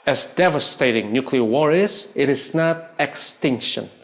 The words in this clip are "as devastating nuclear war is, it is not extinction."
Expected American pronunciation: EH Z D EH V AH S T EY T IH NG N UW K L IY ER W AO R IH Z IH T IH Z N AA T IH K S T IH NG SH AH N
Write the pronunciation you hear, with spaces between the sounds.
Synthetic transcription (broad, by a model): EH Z D EH V AH S T EY T IH NG N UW K L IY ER W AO R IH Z IH T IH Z N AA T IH K S T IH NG SH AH N